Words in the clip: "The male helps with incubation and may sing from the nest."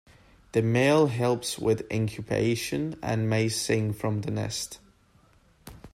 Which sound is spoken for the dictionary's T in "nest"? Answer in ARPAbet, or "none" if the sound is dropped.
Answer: T